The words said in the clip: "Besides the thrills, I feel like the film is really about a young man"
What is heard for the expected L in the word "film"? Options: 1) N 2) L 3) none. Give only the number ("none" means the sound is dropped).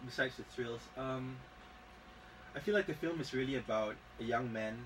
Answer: 2